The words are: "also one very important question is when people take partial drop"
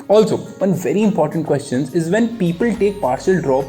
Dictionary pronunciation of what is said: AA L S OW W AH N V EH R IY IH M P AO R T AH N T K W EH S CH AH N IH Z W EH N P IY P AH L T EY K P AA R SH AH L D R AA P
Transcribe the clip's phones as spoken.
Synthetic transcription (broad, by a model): AA L S OW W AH N V EH R IY IH M P AO R T AH N T K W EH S CH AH N IH Z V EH N P IY P AH L T EY K P AA R SH AH L D R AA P